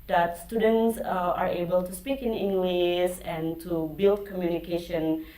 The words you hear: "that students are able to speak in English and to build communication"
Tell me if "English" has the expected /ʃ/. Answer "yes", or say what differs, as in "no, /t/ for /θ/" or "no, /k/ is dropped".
no, /s/ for /ʃ/